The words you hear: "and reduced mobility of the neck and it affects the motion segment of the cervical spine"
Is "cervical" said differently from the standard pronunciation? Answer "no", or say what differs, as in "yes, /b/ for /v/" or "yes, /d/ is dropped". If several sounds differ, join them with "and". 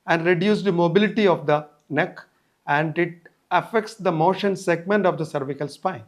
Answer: no